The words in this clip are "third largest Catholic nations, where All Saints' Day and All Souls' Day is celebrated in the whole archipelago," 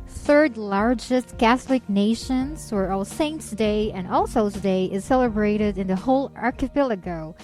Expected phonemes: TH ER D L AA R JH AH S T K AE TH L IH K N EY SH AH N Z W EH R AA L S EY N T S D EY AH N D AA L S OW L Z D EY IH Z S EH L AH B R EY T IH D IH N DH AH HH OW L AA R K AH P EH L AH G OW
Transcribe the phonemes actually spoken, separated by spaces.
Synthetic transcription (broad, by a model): TH ER D L AA R JH AH S T K AE TH L IH K N EY SH AH N Z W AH R AA L S EY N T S D EY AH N AA L S OW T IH D EY IH Z S EH L AH B R EY T IH D IH N DH AH HH OW L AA R K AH P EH L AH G OW